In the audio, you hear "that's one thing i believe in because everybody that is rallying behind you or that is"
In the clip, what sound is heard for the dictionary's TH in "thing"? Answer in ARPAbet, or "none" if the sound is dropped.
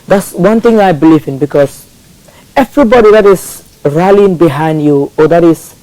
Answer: T